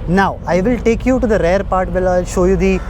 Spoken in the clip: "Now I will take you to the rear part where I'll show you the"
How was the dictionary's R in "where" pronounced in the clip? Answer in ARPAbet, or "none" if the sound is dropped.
L